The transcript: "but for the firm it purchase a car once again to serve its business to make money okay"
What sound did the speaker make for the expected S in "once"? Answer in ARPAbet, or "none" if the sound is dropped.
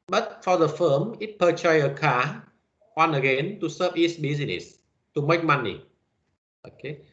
none